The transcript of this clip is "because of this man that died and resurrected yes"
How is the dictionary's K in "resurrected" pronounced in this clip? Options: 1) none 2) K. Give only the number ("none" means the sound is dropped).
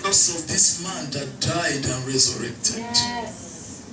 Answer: 2